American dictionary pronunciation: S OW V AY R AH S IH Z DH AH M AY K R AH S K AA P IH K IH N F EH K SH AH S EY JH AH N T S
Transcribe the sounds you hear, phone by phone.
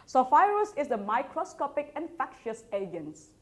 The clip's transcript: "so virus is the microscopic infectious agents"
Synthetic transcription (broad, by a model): S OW F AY R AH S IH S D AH M AY K R AH S K AA P IH K IH N F EH K SH AH S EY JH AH N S